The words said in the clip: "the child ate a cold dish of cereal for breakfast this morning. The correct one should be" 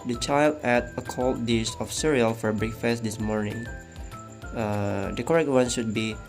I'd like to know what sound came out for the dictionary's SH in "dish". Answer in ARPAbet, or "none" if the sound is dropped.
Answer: S